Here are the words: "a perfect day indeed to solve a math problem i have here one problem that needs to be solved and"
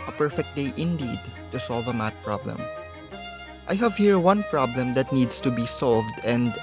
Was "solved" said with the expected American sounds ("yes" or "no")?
yes